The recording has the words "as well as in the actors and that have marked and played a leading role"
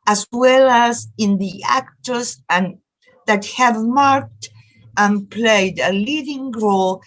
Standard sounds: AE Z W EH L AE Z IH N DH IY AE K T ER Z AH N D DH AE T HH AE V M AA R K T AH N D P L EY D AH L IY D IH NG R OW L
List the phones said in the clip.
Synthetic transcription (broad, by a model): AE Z W EH L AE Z IH N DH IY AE K T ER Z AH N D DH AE T HH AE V M AA R K T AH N P L EY D AH L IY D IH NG R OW L